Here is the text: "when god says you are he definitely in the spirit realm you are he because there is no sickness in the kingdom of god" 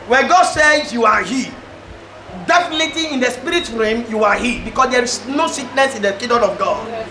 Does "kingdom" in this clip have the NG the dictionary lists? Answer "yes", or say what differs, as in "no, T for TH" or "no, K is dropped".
no, NG is dropped